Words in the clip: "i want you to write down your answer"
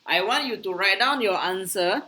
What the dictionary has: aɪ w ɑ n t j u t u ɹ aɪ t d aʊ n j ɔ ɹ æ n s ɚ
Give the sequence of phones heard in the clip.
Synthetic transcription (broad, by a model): aɪ w ɑ n t j u t u ɹ aɪ t d aʊ n j ɔ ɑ n s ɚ